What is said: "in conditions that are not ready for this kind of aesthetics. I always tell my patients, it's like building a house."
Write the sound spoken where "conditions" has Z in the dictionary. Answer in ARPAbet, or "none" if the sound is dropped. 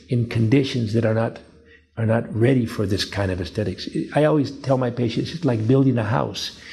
Z